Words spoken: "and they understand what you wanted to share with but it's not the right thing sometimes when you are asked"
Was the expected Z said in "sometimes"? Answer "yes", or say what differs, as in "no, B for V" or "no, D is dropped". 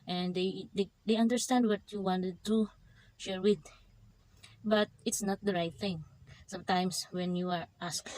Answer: no, S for Z